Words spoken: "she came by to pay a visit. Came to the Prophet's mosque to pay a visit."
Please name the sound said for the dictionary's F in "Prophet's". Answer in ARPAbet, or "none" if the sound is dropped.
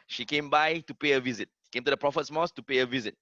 F